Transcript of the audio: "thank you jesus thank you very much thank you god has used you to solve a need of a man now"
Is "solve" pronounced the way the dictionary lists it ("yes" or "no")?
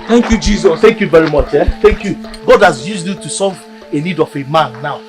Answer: no